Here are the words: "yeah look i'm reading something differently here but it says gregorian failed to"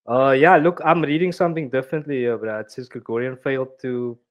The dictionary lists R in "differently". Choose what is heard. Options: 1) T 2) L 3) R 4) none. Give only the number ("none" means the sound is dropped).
4